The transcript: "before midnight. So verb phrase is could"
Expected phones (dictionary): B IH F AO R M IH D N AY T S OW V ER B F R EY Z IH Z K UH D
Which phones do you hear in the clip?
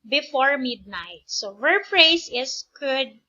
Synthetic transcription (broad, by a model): B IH F AO R M IH D N AY T S OW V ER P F R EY S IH S K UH D